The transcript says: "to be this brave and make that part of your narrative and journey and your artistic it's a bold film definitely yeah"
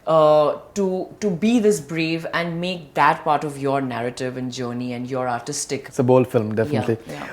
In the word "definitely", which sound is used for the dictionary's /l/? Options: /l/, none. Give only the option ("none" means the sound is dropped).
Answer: /l/